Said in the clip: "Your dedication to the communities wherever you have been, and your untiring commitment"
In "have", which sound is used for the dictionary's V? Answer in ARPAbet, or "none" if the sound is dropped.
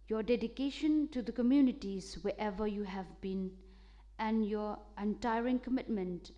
V